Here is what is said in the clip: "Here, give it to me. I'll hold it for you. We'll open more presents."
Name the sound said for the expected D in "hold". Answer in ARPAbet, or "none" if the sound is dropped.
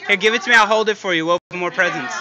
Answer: D